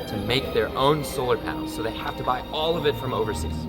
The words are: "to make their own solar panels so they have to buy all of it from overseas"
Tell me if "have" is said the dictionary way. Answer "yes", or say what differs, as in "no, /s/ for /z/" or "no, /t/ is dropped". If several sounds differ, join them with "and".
no, /f/ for /v/